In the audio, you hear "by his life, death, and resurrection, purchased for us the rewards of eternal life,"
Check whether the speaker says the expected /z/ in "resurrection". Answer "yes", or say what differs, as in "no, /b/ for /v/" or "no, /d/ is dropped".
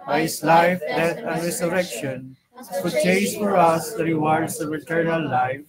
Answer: no, /s/ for /z/